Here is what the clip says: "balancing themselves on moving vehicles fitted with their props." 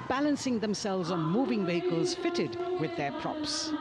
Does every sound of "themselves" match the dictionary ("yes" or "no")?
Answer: yes